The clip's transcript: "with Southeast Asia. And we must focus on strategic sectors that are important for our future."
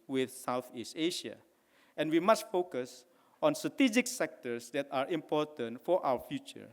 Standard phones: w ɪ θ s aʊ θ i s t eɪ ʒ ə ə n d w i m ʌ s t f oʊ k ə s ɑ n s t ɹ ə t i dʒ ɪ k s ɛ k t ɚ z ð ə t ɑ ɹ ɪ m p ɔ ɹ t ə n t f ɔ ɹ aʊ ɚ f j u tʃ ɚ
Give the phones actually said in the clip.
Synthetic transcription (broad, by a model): w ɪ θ s aʊ θ i s t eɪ ʃ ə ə n w i m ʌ s t f oʊ k ə s ɑ n s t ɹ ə t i dʒ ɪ k s ɛ k t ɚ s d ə t ɑ ɹ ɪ m p ɔ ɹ t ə n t f ɔ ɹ aʊ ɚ f j u tʃ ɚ